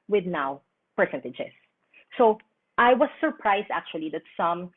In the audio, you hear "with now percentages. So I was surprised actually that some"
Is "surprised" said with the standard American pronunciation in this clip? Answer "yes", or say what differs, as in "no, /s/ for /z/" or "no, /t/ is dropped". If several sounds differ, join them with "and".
no, /s/ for /z/